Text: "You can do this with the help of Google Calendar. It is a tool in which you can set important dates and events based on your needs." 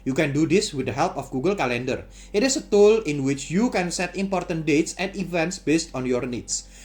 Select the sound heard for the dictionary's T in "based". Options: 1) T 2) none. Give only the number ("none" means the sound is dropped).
1